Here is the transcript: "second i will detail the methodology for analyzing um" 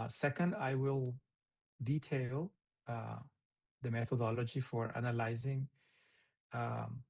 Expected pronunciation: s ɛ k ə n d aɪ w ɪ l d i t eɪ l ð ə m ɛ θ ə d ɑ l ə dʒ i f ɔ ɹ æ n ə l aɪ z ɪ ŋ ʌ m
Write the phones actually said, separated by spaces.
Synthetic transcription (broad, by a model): s ɛ k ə n d aɪ w ɪ l d i t eɪ l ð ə m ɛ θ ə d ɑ l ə dʒ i f ɔ ɹ æ n ə l aɪ z ɪ ŋ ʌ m